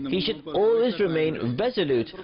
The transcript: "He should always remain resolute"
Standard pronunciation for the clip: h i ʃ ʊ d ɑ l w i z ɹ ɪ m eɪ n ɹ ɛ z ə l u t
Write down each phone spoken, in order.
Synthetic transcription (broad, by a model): h i ʃ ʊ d ɑ l w i z ɹ ɪ m eɪ n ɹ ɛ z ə l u t